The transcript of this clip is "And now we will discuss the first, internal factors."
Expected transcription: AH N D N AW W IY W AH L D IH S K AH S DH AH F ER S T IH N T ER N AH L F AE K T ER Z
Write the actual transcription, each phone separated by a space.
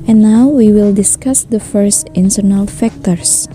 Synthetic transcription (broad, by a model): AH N N AW W IY W AH L D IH S K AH S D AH F ER S T IH N T ER N AH L F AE K T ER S